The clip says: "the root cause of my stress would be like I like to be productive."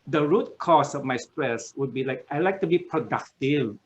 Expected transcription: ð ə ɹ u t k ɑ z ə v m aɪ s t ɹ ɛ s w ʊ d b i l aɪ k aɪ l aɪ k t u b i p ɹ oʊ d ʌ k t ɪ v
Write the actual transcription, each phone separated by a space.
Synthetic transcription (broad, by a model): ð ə ɹ u t k ɑ s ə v m aɪ s t ɹ ɛ s w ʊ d b i l aɪ k aɪ l aɪ k t u b i p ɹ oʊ d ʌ k t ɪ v